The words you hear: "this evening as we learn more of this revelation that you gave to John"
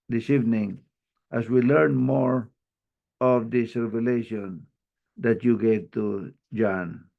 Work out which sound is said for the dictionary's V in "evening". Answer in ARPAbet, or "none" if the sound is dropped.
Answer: V